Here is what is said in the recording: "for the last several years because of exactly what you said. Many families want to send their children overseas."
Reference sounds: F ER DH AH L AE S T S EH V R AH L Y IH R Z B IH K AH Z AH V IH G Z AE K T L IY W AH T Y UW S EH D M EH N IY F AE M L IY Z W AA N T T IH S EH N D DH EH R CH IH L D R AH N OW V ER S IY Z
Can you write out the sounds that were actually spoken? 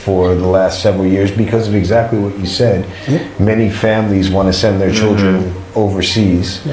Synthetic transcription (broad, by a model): F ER DH AH L AE S T S EH V R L Y IH R Z B IH K AH Z AH V IH G Z AE K T L IY W AH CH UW S EH D M EH N IY F AE M L IY Z W AA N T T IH S EH N DH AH R CH IH L D R AH N OW V ER S IY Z